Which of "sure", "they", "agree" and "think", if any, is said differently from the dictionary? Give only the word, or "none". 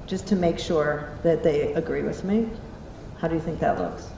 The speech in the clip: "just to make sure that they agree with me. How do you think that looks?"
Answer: none